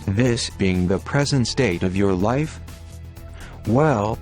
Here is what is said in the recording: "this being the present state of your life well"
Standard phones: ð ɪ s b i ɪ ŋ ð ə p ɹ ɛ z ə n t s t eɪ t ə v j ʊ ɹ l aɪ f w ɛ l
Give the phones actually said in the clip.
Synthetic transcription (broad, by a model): ð ɪ s b i ɪ ŋ ð ə p ɹ ɛ z ə n t s t eɪ t ə v j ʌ ɹ l aɪ f w ɛ l